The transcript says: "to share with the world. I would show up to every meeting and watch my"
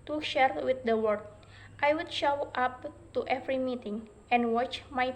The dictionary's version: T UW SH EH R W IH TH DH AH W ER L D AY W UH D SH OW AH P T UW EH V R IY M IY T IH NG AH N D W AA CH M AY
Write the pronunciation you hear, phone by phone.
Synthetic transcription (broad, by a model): T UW SH EH R W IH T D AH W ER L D AY W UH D SH OW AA P T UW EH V R IY M IY T IH NG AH N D W AA CH M AY